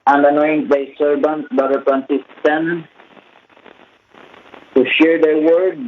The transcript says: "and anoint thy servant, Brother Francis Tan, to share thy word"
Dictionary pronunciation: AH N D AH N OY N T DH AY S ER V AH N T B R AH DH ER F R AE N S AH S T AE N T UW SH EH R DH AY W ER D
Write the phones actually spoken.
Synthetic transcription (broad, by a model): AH N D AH N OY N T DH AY S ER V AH N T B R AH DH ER P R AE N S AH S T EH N T UW SH EH R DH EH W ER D